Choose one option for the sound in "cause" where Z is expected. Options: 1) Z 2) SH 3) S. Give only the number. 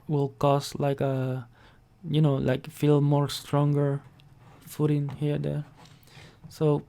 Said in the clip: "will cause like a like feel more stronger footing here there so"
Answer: 3